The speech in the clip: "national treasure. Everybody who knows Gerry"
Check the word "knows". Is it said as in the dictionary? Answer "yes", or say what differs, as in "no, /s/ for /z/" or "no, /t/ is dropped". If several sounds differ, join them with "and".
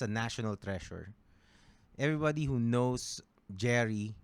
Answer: no, /s/ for /z/